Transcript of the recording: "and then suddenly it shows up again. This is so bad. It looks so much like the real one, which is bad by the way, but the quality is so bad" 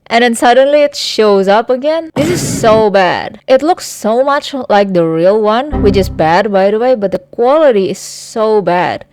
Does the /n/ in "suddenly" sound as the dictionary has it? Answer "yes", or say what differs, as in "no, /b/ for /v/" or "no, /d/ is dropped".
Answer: yes